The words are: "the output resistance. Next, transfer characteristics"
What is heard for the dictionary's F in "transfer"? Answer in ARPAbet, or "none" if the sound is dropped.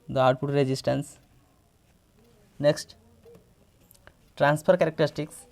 P